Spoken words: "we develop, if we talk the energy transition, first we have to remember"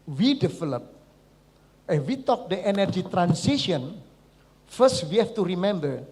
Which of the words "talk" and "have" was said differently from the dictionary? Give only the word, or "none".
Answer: have